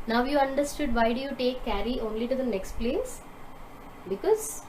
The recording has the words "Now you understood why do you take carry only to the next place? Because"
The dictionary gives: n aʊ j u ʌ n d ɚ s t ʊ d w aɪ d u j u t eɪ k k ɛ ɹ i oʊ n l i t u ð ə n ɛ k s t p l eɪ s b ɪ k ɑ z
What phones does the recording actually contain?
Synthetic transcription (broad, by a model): n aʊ j u ʌ n d ɚ s t ʊ d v aɪ d u j u t eɪ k k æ ɹ i oʊ n l i t u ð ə n ɛ k s t p l eɪ s b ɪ k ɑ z